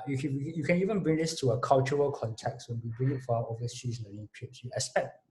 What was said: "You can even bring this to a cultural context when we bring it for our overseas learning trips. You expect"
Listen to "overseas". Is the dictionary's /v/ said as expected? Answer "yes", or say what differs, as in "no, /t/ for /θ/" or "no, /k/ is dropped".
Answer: no, /v/ is dropped